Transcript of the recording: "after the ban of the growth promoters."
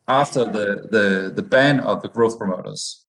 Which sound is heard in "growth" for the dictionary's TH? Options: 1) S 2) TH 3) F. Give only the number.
2